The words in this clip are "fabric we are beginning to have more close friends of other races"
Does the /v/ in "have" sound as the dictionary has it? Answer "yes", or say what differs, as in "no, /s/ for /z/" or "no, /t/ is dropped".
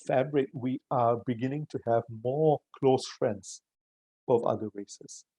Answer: yes